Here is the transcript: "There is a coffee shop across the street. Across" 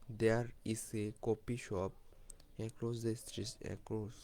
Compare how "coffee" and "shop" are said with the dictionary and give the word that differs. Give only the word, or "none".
coffee